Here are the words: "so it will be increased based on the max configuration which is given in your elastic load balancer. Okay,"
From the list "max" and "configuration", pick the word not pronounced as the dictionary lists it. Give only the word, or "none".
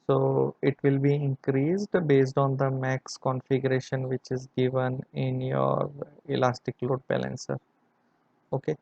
none